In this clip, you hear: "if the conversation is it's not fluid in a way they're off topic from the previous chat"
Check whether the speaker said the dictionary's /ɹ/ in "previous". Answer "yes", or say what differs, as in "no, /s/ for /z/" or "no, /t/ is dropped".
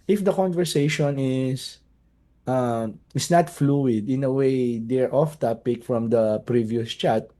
yes